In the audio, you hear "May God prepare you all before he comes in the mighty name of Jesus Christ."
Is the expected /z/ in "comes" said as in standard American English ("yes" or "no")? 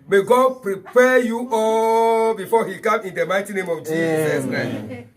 no